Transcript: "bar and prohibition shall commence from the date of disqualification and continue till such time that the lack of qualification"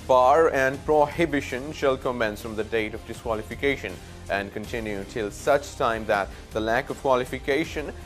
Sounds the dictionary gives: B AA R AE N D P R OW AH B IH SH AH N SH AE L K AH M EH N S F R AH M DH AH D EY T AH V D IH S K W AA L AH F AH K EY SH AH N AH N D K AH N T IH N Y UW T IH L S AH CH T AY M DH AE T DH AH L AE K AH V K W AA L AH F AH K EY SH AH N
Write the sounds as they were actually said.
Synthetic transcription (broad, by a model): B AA R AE N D P R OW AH B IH SH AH N SH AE L K AH M EH N S F R AH M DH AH D EY T AH V D IH S K W AA L AH F AH K EY SH AH N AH N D K AH N T IH N Y UW T IH L S AH CH T AY M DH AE T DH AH L AE K AH V K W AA L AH F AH K EY SH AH N